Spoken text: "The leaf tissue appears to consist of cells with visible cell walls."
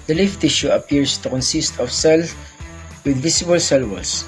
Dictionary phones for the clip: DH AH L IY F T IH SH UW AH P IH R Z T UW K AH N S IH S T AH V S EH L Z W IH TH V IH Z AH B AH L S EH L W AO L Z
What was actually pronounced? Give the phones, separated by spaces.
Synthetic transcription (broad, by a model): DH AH L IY F T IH SH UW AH P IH R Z T UW K AH N S IH S T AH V S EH L W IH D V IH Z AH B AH L S EH L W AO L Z